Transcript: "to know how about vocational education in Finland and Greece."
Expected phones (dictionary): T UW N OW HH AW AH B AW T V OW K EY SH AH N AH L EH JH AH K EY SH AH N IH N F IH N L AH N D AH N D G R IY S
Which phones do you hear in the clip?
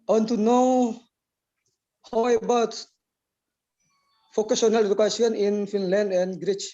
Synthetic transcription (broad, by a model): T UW N OW HH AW AH B AW T F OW K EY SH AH N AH L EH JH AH K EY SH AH N IH N F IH N L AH N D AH N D G R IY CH